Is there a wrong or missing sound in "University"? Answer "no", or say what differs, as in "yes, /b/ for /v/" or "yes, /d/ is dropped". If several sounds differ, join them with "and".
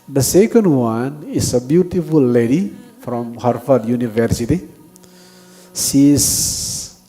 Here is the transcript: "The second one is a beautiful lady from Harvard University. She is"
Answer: no